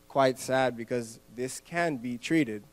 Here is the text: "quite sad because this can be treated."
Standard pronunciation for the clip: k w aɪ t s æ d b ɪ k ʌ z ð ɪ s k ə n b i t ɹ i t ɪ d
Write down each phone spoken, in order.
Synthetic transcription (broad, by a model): k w aɪ t s æ d b ɪ k ʌ z ð ɪ s k ə n b i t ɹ i t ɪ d